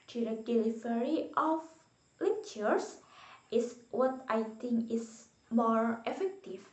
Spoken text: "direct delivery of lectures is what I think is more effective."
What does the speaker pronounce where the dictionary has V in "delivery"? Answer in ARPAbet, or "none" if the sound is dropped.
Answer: F